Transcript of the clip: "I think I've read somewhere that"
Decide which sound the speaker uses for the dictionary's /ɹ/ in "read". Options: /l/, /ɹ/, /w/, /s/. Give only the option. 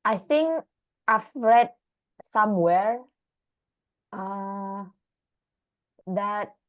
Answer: /ɹ/